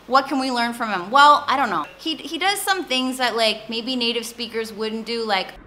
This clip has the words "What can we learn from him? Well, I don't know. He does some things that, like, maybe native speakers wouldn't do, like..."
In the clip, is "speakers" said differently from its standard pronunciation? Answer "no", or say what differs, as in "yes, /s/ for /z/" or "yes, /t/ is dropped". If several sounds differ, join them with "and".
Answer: no